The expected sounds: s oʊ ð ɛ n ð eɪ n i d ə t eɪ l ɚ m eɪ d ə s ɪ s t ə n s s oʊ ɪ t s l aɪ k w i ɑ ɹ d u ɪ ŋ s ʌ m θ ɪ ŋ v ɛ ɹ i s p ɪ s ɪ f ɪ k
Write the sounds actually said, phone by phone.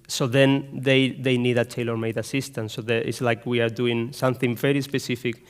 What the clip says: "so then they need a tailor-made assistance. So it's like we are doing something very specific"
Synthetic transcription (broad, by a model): s oʊ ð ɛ n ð eɪ n i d ə t eɪ l ɚ m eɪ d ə s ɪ s t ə n s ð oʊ ɪ t s l aɪ k w i ɑ ɹ d u ɪ ŋ s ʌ m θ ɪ ŋ v ɛ ɹ i s p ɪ s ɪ f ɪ k